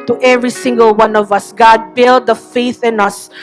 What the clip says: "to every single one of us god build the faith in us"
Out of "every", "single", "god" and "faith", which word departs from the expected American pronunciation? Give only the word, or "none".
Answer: none